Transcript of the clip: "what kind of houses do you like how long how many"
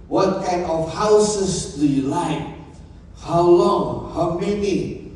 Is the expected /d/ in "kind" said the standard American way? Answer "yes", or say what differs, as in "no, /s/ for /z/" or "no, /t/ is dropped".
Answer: no, /d/ is dropped